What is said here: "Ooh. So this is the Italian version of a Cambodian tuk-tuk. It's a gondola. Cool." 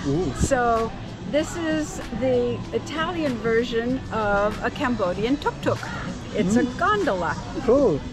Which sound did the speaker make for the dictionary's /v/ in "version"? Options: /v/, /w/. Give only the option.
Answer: /v/